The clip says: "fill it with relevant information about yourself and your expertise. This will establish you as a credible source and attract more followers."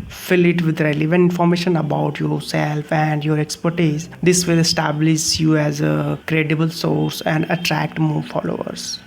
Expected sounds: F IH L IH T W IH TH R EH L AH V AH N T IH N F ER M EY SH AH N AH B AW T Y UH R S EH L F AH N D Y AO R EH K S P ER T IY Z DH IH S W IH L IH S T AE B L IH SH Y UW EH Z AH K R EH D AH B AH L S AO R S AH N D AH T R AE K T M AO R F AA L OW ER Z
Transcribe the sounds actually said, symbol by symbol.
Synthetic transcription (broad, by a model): F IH L IH T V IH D R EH L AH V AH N IH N F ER M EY SH AH N AH B AW T Y UH R S EH L F AH N D Y AO R EH K S P ER T IY Z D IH S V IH L IH S T AE B L IH SH Y UW EH Z AH K R EH D AH B AH L S AO R S AH N D AH T R AE K T M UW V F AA L OW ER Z